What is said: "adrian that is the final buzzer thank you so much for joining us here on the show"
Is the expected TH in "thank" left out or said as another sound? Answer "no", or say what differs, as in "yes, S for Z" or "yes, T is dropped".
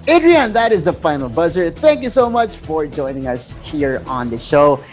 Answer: no